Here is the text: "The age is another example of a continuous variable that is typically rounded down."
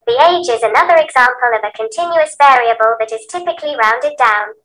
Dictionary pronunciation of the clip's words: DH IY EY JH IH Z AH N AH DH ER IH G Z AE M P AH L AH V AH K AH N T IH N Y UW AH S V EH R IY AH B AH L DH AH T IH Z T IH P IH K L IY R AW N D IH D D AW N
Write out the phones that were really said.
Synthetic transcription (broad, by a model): DH IY EY JH IH Z AH N AH DH ER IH G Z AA M P AH L AH V AH K AH N T IH N Y UW AH S V EH R IY AH B AH L DH AH T IH Z T IH P IH K L IY R AW N D IH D D AW N